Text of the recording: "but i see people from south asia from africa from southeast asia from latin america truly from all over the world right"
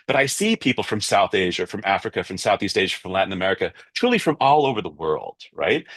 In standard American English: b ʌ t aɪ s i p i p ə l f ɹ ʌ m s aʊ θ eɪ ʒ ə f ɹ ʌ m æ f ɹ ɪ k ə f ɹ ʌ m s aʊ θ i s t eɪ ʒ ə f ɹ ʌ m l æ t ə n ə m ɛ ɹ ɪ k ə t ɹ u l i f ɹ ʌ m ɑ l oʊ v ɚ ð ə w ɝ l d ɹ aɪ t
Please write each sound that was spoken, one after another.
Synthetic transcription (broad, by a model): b ʌ t aɪ s i p i p l f ɹ ʌ m s aʊ θ eɪ ʒ ə f ɹ ʌ m æ f ɹ ɪ k ə f ɹ ʌ m s aʊ θ i s t eɪ ʒ ə f ɹ ʌ m l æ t n ə m ɛ ɹ ɪ k ə t ɹ u l i f ɹ ʌ m ɑ l oʊ v ɚ ð ə w ɝ l d ɹ aɪ t